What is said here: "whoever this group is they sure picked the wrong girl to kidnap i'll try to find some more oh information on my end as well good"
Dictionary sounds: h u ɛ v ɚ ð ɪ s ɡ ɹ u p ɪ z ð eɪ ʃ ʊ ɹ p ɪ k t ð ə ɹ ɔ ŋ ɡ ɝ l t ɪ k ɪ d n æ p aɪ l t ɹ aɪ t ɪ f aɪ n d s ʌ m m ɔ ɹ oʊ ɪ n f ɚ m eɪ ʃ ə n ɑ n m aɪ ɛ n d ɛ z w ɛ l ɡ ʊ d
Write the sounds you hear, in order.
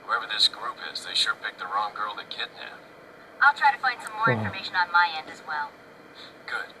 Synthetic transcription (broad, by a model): h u ɛ v ɚ ð ɪ s ɡ ɹ u p ɪ z ð eɪ ʃ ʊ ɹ p ɪ k ð ə ɹ ɔ ŋ ɡ ɝ l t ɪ k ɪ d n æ aɪ l t ɹ aɪ t ɪ f aɪ n d s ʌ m m ɔ ɹ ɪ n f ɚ m eɪ ʃ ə n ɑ n m aɪ ɛ n d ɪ z w ɛ l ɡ ʊ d